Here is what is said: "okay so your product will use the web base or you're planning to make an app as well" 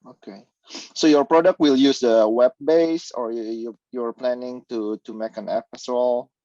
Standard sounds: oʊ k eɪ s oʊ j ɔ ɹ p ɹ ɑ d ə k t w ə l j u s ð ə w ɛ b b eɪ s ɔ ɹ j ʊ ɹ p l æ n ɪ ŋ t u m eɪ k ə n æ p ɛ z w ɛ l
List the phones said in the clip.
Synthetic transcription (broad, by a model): oʊ k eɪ s oʊ j ɔ ɹ p ɹ ɑ d ə k t w ə l j u s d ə w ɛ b b eɪ s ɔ ɹ j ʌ ɹ p l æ n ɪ ŋ t u m eɪ k ə n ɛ f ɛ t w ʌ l